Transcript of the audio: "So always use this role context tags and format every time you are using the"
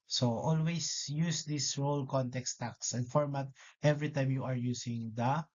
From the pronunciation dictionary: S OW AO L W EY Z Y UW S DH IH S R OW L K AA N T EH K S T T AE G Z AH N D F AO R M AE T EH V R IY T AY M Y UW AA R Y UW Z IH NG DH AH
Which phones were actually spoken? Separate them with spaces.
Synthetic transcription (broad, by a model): S OW AO L W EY S Y UW S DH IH S R OW L K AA N T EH K S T T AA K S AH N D F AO R M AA T EH V R IY T AY M Y UW AA R Y UW S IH NG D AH